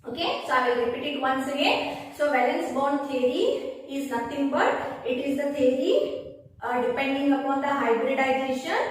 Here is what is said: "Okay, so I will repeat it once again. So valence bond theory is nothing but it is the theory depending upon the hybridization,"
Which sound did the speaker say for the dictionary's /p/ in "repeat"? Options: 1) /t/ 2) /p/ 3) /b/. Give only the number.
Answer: 2